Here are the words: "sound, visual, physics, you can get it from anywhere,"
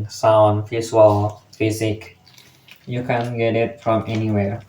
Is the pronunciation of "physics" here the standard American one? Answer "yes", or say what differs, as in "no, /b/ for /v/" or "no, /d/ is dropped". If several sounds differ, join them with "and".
no, /s/ is dropped